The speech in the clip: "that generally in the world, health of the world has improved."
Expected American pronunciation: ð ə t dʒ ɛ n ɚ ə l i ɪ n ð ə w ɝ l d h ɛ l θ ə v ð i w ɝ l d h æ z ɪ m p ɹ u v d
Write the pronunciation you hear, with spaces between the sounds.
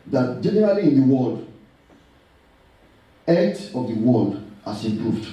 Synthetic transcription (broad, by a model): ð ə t dʒ ɛ n ɚ ə l i ɪ n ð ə w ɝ l d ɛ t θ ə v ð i w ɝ l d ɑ s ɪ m p ɹ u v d